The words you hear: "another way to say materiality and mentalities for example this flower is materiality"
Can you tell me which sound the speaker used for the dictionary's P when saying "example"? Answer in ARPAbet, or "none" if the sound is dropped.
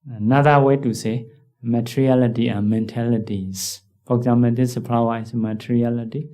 none